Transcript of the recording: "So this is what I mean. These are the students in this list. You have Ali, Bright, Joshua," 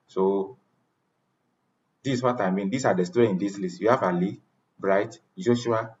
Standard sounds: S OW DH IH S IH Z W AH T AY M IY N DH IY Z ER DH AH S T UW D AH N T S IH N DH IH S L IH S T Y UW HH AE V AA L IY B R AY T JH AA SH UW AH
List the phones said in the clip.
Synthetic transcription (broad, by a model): S OW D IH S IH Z W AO T AY M IY N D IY S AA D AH S T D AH IH N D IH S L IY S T Y UW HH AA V AA L IY B R AY T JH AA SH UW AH